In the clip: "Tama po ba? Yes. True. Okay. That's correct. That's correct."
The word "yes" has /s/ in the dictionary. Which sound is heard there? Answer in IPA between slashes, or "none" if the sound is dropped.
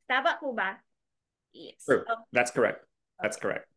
none